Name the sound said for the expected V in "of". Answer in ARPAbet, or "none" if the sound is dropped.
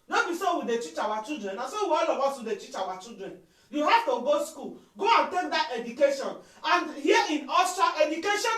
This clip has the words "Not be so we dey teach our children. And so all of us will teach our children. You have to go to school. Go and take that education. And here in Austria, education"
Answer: W